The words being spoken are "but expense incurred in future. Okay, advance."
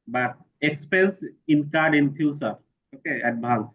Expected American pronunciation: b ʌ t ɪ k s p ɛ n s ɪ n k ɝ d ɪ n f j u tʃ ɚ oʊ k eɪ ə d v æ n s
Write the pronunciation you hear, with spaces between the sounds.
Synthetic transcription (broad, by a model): b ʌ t ɪ k s p ɛ n s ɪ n k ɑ d ɪ n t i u s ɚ oʊ k eɪ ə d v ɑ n s